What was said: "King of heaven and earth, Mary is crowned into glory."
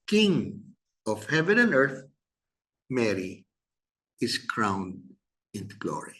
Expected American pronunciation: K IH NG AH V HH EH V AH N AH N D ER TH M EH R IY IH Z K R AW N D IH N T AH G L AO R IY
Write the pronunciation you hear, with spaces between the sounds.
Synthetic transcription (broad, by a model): K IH NG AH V HH EH V AH N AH N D ER TH M EH R IY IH S K R AW N D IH N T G L AO R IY